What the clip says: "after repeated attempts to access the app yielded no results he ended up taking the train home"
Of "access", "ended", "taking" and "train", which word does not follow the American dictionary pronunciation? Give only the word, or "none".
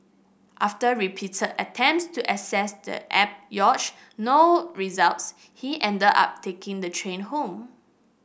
access